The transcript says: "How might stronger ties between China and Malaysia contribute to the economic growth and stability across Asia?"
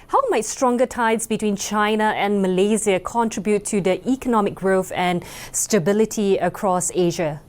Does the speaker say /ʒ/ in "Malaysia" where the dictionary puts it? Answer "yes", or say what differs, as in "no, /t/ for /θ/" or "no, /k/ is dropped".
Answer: no, /z/ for /ʒ/